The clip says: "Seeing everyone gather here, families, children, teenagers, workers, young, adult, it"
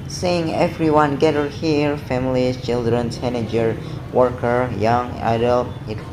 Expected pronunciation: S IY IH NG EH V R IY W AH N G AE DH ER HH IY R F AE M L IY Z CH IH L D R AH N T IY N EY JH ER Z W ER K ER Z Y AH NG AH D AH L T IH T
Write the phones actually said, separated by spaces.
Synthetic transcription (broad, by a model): S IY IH NG EH V R IY W AH N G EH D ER HH IY R F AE M L IY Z CH IH L D R AH N S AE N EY JH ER W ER K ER Y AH NG AH D AH L T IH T